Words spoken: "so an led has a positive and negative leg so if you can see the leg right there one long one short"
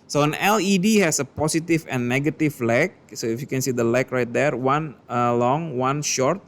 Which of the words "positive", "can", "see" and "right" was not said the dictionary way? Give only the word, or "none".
positive